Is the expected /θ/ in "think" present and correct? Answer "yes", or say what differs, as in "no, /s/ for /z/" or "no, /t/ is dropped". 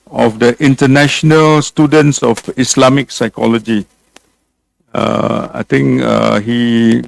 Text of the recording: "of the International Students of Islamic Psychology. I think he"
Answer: no, /t/ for /θ/